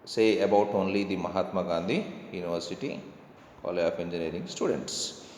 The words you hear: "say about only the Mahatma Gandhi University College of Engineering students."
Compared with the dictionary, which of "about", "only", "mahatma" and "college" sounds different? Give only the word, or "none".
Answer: college